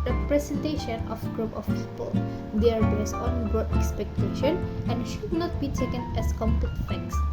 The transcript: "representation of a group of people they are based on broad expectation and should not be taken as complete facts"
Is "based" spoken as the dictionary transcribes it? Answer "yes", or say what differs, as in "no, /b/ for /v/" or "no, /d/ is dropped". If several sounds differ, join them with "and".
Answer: no, /t/ is dropped